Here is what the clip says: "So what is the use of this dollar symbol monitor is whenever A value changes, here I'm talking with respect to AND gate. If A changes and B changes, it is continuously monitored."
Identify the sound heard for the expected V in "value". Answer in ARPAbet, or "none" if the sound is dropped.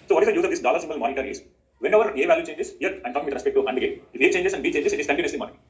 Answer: V